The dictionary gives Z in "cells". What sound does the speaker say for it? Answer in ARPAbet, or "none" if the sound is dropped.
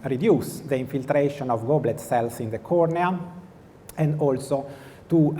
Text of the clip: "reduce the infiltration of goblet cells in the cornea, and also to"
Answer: S